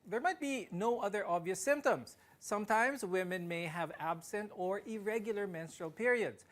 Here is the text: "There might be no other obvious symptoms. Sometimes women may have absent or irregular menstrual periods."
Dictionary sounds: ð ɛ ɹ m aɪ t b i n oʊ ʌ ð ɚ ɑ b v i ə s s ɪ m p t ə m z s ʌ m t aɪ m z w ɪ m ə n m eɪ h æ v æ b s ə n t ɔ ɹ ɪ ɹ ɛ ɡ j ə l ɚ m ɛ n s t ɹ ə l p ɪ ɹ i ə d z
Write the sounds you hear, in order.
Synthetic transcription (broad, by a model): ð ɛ ɹ m aɪ t b i n oʊ ʌ ð ɚ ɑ b v i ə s s ɪ m p t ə m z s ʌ m t aɪ m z w ɪ m ə n m eɪ h æ v æ b s ə n t ɔ ɹ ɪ ɹ ɛ ɡ j l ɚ m ɛ n s t ɹ ə l p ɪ ɹ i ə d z